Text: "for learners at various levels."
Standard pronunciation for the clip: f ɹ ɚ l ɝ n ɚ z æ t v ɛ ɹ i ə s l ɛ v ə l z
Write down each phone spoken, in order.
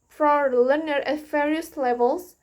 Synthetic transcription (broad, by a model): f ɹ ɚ l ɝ n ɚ æ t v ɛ ɹ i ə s l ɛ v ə l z